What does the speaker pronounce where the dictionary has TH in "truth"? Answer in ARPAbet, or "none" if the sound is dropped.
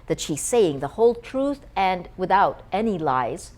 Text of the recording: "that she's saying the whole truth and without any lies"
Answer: TH